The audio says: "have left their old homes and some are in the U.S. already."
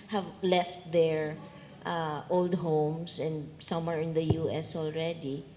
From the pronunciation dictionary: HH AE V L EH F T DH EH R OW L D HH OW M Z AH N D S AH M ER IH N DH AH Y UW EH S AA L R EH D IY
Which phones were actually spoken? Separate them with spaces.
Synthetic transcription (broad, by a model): HH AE V L EH F T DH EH R OW L D HH OW M S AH N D S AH M ER IH N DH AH Y UW EH S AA L R EH D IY